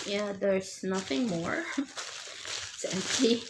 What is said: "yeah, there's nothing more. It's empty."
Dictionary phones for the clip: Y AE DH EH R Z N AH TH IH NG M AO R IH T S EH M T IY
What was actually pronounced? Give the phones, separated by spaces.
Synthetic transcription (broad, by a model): Y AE DH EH R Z N AH TH IH NG M AO R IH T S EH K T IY